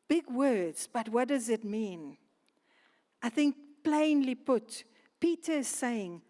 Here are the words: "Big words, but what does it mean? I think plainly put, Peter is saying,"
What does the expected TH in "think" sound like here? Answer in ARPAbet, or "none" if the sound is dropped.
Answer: TH